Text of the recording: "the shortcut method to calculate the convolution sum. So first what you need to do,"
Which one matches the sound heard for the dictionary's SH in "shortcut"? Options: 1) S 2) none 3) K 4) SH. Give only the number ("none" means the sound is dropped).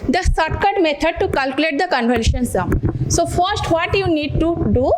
1